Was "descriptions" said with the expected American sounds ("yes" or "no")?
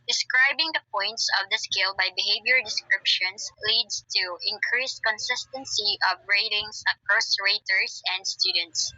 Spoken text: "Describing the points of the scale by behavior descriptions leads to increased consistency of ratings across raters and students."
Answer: no